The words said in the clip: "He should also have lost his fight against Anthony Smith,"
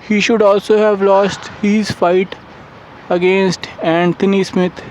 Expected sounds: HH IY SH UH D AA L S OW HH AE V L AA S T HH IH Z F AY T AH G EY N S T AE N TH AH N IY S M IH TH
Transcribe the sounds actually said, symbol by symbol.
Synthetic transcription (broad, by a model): HH IY SH UH D AA L S OW HH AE V L AA S T HH IH Z F AY T AH G EY N S T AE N T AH N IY S M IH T